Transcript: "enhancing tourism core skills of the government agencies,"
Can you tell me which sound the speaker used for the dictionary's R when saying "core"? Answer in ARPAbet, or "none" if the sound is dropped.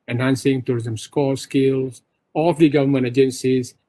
L